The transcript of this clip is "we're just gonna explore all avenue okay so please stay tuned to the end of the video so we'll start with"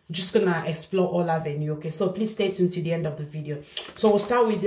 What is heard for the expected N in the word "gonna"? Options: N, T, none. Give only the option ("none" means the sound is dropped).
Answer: N